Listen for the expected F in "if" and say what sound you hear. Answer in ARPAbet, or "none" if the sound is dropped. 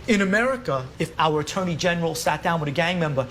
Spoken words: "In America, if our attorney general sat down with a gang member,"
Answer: F